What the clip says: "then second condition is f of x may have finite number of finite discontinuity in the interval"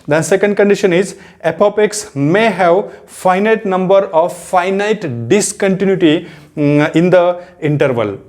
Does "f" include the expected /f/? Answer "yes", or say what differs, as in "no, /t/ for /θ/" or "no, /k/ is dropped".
no, /p/ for /f/